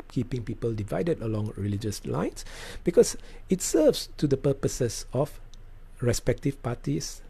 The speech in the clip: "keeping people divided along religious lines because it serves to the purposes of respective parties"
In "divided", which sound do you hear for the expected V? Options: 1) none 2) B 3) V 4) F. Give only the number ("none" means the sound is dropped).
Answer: 3